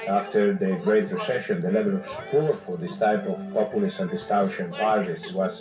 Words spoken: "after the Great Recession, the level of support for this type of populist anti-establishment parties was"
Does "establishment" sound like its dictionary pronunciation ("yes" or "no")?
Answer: no